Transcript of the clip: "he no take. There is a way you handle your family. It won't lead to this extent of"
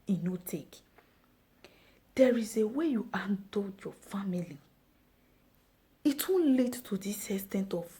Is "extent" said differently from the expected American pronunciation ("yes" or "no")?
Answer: yes